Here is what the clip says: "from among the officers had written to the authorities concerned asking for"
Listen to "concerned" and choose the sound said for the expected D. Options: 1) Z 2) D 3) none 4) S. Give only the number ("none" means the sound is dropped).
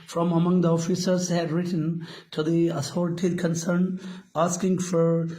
3